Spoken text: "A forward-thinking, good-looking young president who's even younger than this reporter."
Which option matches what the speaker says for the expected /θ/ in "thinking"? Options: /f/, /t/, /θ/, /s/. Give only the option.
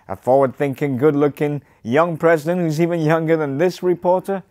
/θ/